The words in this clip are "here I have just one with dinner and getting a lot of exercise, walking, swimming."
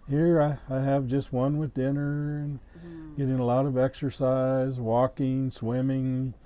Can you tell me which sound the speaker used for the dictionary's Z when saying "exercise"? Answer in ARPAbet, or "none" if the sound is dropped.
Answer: Z